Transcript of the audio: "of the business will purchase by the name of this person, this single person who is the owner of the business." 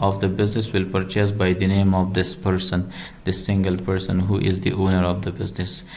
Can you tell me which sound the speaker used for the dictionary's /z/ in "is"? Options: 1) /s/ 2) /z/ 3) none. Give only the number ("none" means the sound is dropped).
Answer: 2